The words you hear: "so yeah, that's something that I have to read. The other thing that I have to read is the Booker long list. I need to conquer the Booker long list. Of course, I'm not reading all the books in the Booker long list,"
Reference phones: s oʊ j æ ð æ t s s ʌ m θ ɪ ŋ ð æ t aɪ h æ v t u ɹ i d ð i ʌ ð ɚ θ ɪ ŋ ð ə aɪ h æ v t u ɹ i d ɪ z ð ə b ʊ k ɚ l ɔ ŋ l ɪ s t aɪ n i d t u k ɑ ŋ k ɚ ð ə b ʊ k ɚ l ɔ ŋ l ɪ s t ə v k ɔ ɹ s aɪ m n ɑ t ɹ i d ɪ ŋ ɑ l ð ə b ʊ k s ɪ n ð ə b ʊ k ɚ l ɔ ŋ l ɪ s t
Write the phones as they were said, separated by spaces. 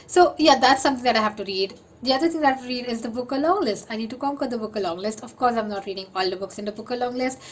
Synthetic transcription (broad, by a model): s oʊ j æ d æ t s s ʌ m t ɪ ŋ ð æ t aɪ h æ v t u ɹ i d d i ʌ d ɚ t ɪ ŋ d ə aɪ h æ t u ɹ i d ɪ z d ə b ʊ k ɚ l ɔ ŋ l ɪ s t aɪ n i d t u k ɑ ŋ k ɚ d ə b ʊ k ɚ l ɔ ŋ l ɪ s t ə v k ɔ ɹ s aɪ m n ɑ t ɹ i d ɪ ŋ ɑ l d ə b ʊ k s ɪ n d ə b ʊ k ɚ l ɔ ŋ l ɪ s t